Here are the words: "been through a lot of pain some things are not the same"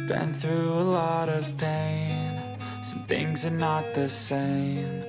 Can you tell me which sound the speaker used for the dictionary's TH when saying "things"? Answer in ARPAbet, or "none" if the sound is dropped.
TH